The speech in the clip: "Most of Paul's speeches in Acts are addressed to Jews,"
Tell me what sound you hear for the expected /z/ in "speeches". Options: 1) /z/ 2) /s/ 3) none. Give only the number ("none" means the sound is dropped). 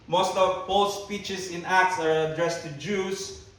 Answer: 2